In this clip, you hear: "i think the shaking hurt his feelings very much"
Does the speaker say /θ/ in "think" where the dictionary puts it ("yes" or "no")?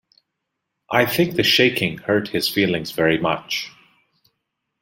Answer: yes